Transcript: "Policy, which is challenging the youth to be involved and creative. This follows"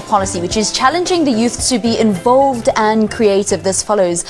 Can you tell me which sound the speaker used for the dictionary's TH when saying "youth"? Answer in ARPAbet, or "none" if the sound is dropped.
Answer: TH